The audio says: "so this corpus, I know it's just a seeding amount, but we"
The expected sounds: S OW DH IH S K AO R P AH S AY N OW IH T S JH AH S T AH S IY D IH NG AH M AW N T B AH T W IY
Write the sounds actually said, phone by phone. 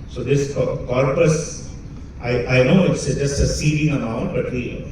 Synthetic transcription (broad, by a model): S OW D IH S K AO R P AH S AY N OW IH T S JH AH S T AH S IY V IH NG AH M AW T B AH T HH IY